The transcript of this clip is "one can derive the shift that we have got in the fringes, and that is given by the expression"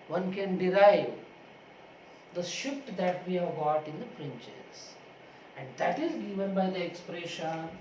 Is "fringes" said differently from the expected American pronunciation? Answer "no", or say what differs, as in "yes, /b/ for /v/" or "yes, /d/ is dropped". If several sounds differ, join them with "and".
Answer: yes, /p/ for /f/ and /tʃ/ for /dʒ/